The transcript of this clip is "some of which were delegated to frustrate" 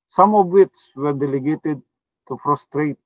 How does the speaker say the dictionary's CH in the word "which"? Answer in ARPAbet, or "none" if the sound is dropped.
S